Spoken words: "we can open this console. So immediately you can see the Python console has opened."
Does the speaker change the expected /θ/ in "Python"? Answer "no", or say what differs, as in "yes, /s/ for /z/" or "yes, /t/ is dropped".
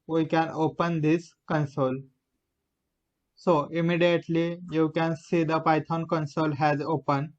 yes, /t/ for /θ/